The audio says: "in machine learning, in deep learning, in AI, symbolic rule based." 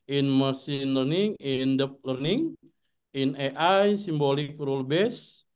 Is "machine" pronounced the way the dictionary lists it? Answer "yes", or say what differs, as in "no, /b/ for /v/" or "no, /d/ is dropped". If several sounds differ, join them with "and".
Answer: no, /s/ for /ʃ/